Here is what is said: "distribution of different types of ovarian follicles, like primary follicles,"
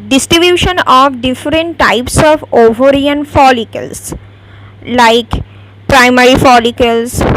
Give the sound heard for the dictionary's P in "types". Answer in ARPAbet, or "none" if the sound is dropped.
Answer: P